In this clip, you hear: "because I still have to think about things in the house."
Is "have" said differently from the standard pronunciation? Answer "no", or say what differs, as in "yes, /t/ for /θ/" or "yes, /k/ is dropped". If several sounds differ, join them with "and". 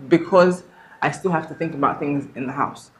yes, /f/ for /v/